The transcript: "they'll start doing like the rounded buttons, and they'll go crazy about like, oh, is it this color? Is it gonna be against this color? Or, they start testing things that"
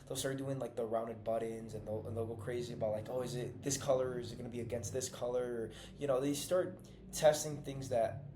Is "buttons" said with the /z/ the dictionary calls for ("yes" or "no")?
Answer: yes